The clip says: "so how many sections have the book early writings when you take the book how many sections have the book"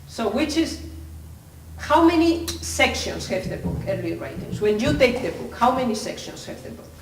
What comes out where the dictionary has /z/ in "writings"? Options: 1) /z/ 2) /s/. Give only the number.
2